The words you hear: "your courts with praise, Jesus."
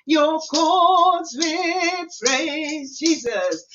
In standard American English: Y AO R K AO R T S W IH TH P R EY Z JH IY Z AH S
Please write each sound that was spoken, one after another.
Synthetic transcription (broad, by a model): Y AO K AO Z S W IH P R EY Z JH IY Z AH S